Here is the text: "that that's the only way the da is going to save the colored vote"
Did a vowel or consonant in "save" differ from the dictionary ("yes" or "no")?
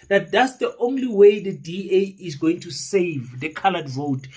no